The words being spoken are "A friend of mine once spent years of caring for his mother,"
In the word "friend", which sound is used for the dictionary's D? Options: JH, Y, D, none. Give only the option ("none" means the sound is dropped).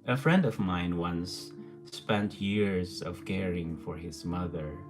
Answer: D